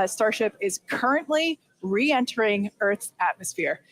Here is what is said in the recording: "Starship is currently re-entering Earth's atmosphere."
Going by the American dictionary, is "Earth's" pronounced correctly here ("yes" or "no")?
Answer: no